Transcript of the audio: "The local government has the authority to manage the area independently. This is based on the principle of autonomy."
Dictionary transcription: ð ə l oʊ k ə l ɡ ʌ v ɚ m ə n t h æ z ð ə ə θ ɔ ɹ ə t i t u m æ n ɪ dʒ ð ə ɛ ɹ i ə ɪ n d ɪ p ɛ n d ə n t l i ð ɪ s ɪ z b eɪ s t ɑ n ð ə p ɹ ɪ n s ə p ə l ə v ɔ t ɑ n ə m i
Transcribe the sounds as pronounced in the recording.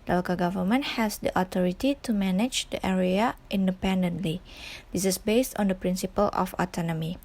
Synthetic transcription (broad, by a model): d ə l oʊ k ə ɡ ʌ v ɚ m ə n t h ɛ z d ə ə t ɔ ɹ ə t i t u m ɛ n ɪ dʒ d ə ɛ ɹ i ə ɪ n d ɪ p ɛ n d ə n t l i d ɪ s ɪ s b eɪ s t ɑ n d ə p ɹ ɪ n s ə p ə l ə f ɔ t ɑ n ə m i